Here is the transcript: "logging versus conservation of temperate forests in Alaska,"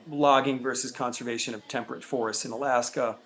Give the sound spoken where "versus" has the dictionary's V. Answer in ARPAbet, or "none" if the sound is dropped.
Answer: V